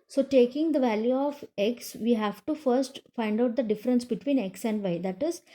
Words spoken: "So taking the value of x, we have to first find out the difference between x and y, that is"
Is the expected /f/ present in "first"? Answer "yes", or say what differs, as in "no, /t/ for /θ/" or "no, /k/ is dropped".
yes